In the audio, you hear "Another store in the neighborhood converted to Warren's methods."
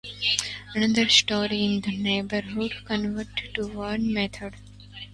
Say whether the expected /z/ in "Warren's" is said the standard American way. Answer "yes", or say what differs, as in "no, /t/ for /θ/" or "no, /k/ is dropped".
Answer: no, /z/ is dropped